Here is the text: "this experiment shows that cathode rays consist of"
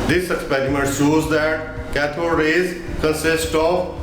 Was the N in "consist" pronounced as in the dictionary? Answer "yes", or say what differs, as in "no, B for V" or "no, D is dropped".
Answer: no, N is dropped